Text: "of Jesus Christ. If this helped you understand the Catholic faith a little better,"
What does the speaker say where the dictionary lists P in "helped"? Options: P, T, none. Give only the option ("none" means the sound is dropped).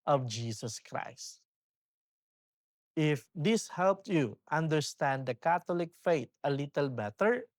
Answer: P